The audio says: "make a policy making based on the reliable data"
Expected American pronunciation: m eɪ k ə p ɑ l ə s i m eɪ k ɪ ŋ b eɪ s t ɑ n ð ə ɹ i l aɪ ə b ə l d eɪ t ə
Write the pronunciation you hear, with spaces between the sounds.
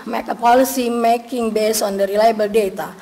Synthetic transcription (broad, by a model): m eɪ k ə p ɑ l ə s i m eɪ k ɪ ŋ b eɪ s ɑ n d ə ɹ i l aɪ b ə l d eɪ t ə